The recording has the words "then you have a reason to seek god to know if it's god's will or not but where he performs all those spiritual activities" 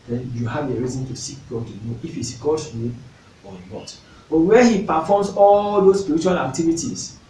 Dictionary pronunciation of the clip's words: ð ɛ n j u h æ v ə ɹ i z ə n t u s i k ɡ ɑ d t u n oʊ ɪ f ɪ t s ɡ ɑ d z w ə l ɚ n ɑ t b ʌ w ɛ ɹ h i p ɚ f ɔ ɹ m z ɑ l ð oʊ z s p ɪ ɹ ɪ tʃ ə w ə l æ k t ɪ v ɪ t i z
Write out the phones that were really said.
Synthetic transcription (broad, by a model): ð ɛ n j u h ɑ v ə ɹ i z ə n t u s i k ɡ ɑ d t u n oʊ ɪ f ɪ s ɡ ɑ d w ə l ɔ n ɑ t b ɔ w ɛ h i p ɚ f ɔ m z ɑ l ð oʊ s p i ɹ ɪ tʃ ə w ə l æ k t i v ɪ t i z